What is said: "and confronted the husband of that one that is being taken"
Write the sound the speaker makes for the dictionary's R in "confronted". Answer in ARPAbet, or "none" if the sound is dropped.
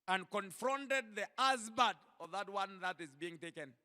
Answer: R